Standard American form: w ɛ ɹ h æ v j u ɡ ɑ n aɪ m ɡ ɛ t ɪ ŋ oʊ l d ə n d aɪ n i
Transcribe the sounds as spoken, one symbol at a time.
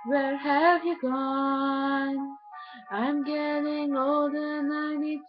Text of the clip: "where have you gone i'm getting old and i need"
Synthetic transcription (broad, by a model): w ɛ ɹ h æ v j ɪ ɡ ɑ n aɪ m ɡ ɛ t ɪ ŋ oʊ l d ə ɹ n aɪ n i